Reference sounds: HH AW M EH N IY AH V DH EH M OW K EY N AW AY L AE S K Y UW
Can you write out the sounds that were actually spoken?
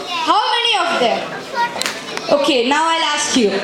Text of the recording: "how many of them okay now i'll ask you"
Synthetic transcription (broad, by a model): HH AW M EH N IY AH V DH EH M OW K EY N AW AY L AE S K Y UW